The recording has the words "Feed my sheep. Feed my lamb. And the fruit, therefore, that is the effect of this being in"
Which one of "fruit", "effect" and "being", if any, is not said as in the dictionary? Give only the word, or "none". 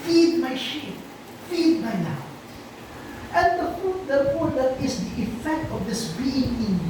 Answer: fruit